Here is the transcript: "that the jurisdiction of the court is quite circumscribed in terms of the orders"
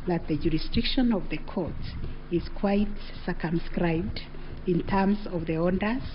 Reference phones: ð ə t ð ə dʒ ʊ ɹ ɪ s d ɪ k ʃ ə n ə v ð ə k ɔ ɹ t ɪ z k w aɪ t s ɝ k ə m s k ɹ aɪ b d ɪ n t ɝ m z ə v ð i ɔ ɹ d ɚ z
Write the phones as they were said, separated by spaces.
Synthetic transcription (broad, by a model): ð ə t ð ə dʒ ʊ ɹ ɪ s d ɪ k ʃ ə n ə v ð ə k ɔ ɹ t ɪ z k w aɪ t s ɝ k ə m s k ɹ aɪ b d ɪ n t ɝ m z ə v ð i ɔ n d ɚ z